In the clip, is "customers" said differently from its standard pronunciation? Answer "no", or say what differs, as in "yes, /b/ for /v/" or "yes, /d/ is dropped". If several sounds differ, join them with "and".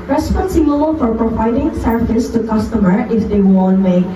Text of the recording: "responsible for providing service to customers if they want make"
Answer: yes, /z/ is dropped